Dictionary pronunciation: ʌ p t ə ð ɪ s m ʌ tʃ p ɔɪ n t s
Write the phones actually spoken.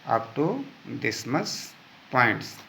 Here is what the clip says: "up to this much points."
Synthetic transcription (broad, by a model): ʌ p t ə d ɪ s m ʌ s p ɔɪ n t s